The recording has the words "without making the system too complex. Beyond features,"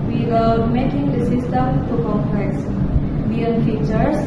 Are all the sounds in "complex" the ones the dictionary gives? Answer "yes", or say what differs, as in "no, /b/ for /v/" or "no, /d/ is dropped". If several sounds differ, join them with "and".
no, /l/ is dropped